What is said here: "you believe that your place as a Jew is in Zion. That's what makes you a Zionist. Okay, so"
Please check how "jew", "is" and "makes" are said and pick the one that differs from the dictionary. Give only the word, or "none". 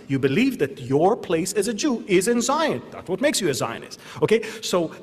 none